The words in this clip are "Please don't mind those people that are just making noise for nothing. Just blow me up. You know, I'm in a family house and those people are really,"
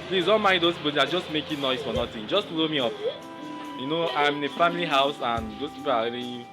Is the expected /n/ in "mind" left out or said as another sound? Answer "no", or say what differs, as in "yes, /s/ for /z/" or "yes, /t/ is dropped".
yes, /n/ is dropped